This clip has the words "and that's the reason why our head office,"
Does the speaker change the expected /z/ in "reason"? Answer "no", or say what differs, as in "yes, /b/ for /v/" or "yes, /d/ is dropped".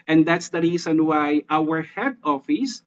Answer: yes, /s/ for /z/